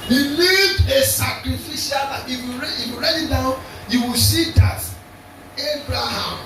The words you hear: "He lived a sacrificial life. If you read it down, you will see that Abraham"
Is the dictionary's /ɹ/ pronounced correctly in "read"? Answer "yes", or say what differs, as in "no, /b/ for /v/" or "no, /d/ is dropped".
no, /w/ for /ɹ/